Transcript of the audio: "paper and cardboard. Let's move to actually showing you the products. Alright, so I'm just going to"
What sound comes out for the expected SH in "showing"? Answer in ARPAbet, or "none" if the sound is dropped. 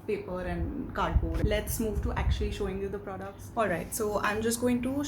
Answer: SH